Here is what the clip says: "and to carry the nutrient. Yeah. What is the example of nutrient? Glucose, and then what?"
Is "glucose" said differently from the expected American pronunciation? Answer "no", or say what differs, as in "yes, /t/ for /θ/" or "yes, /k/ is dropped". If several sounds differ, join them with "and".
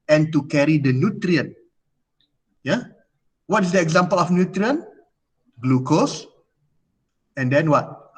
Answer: no